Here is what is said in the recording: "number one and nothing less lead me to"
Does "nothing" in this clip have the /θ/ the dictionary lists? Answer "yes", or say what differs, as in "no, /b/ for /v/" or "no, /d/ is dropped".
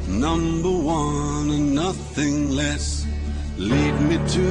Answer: yes